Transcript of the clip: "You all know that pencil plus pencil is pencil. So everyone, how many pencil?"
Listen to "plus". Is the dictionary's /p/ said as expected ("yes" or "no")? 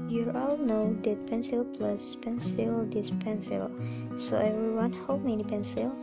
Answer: yes